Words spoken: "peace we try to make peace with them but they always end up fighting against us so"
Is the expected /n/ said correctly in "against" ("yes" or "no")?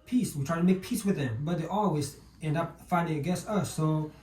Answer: no